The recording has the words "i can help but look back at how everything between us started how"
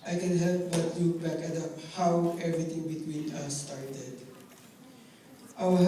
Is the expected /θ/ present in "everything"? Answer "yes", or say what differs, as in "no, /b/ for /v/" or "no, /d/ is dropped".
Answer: no, /t/ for /θ/